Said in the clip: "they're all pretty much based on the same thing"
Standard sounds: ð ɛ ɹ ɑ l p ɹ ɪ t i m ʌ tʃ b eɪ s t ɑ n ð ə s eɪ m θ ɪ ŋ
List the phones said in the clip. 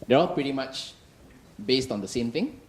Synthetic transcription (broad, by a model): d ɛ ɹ ɑ l p ɹ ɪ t i m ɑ tʃ b eɪ s t ɑ n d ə s eɪ m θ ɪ ŋ